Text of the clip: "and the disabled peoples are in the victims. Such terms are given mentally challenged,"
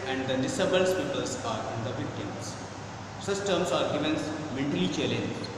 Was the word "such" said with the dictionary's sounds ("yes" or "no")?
no